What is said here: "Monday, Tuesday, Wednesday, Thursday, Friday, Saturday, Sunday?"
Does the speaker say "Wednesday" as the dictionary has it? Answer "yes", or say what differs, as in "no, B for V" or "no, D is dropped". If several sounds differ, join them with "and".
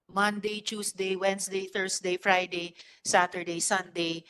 no, S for Z